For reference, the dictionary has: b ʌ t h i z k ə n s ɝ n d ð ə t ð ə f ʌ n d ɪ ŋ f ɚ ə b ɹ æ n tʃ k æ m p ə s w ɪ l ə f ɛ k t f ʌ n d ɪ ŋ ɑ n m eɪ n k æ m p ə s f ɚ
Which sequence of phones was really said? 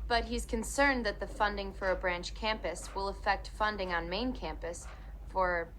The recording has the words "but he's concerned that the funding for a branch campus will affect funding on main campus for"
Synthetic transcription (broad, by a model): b ʌ t h i z k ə n s ɝ n ð ə t ð ə f ʌ n d ɪ ŋ f ɚ ə b ɹ æ n tʃ k æ m p ə s w ɪ l ə f ɛ k t f ʌ n d ɪ ŋ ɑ n m eɪ n k æ m p ə s f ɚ